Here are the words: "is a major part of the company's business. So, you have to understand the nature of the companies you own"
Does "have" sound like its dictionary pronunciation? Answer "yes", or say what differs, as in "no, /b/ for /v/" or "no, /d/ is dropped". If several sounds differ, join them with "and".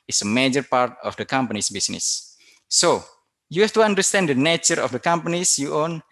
no, /f/ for /v/